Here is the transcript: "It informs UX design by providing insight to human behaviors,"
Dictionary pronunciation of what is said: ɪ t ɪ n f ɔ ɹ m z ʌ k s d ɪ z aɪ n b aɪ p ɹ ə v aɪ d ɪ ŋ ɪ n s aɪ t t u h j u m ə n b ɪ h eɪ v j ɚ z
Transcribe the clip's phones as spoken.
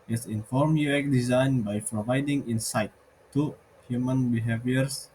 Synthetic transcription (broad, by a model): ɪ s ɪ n f ɔ ɹ m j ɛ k d ɪ z aɪ n b aɪ p ɹ ə v aɪ d ɪ ŋ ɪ n s aɪ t t u h j u m ə n b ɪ h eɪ v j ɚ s